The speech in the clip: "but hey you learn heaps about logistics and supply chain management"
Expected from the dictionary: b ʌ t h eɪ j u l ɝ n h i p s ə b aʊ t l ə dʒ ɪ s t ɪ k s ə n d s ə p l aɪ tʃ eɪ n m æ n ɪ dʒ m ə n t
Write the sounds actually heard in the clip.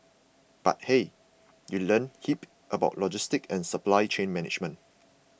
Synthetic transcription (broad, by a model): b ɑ t h eɪ j u l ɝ n h i p ə b aʊ t l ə dʒ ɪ s t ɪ k ə n s ə p l aɪ tʃ eɪ n m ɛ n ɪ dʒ m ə n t